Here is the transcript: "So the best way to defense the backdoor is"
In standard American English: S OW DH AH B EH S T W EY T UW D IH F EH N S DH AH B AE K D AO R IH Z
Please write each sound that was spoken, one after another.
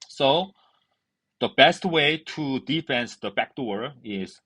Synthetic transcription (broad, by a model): S OW DH AH B EH S T W EY T UW D IH F EH N S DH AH B AE K D AO R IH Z